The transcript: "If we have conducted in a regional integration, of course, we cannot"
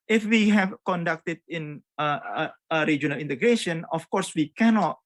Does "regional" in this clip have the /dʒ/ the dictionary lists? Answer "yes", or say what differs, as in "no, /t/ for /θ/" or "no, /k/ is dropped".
yes